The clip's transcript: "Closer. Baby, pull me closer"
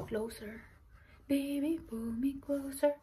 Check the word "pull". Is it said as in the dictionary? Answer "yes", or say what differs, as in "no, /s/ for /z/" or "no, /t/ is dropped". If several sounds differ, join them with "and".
no, /b/ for /p/